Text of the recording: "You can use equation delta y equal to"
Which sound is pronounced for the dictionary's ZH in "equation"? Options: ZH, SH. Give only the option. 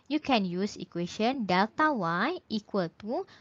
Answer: SH